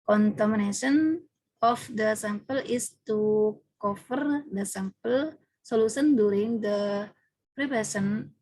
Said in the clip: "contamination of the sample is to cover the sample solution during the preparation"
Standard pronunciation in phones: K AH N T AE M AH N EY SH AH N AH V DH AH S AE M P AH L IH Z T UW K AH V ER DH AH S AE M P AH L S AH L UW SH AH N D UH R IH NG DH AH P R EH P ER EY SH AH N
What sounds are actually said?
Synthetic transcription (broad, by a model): K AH N T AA M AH N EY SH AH N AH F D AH S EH M P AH L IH S T UW K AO F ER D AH S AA M P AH L S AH L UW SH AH N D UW R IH NG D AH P R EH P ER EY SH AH N